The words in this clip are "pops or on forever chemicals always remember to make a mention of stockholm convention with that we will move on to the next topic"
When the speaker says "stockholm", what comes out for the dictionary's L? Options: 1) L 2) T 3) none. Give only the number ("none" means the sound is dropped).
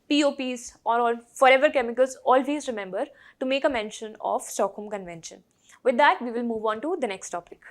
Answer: 3